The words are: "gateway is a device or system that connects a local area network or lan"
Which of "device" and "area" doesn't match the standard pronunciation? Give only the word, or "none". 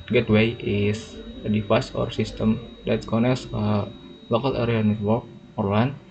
device